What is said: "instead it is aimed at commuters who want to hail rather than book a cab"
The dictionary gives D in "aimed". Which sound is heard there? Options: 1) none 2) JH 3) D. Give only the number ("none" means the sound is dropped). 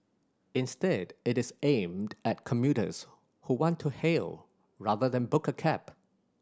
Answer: 3